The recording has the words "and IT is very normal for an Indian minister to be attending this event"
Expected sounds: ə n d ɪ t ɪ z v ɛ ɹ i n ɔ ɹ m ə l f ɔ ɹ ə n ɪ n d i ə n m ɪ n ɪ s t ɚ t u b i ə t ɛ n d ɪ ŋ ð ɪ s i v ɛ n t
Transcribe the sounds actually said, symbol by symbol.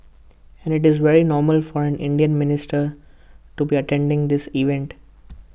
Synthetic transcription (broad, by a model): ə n d ɪ t ɪ z v ɛ ɹ i n ɔ ɹ m ə l f ɔ ɹ ə n ɪ n d i ə n m ɪ n ɪ s t ɚ t u b i ə t ɛ n d ɪ ŋ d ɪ s i v ɛ n t